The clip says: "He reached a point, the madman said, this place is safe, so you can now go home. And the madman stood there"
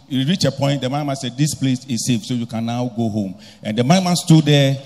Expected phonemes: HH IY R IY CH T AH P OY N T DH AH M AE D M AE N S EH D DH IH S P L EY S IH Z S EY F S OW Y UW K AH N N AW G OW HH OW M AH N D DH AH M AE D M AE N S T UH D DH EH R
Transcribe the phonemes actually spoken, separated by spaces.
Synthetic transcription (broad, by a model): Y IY R IY CH AH P OY N T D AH M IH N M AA N S EH D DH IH S P L EY S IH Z S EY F S OW Y UW K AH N N AW G OW HH OW M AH N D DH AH M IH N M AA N S T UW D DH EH